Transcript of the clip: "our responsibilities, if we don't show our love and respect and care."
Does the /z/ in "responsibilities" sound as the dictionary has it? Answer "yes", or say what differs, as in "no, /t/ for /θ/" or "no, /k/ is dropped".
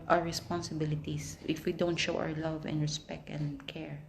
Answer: no, /s/ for /z/